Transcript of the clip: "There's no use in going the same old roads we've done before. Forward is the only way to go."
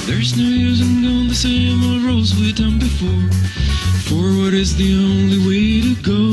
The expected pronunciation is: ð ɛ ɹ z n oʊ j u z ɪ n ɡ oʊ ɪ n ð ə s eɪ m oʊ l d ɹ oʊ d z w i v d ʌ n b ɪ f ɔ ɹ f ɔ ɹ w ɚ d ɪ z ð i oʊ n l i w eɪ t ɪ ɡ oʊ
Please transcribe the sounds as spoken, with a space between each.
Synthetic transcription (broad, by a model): ð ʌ ɹ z n oʊ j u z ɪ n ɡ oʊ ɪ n ð ə s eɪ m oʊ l ɹ oʊ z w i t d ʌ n b ɪ f ɔ ɹ f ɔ ɹ w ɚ d ɪ z ð i oʊ n l i w eɪ t ɪ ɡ oʊ